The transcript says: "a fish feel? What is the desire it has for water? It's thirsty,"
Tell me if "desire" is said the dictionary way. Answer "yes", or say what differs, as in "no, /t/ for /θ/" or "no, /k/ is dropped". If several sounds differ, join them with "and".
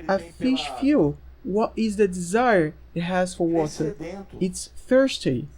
yes